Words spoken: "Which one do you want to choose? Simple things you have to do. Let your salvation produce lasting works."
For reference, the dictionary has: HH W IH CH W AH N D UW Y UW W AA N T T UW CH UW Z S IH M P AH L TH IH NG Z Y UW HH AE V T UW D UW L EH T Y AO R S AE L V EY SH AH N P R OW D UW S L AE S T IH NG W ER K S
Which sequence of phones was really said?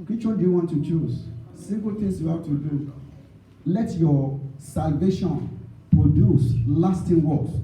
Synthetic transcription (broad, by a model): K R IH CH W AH L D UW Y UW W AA N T T UW CH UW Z S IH M P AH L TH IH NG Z Y UW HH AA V T UW D UW L EH T Y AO S AE L V EY SH AH N P R OW D UW S L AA S T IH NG W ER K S